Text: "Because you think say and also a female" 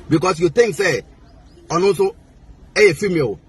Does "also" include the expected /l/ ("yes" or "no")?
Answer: no